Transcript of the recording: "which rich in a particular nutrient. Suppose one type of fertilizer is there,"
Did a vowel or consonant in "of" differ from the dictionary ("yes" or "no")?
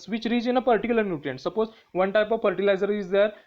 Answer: no